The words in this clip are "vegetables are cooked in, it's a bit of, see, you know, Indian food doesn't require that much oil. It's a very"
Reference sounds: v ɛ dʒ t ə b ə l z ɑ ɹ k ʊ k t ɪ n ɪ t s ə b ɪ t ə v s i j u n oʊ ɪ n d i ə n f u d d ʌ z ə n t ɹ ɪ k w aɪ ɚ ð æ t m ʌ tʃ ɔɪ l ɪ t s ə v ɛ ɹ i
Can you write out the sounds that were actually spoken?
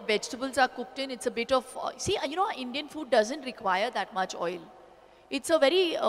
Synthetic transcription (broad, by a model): v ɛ dʒ t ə b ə l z ɑ ɹ k ʊ k t ɪ n ɪ t s ə b ɪ t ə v s i j u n oʊ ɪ n d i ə n f u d d ʌ z ə n t ɹ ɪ k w aɪ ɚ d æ t m ʌ tʃ ɔɪ l ɪ t s ə v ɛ ɹ i